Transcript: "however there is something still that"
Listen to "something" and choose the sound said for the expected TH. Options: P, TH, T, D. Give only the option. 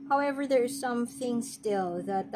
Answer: TH